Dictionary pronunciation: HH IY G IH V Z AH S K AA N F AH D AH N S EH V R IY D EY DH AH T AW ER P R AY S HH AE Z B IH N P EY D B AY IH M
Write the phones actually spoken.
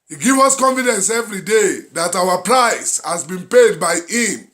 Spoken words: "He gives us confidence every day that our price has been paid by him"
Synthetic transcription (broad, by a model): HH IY G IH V AH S K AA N F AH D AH N S EH V R IY D EY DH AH T AW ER P R AY S HH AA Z B IH N P EY D B AY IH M